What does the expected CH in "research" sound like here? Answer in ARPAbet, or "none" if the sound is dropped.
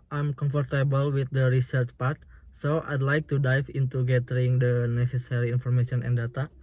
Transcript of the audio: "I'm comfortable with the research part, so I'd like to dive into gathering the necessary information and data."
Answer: CH